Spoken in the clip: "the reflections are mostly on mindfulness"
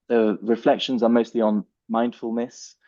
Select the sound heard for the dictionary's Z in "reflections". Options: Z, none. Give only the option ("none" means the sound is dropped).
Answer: Z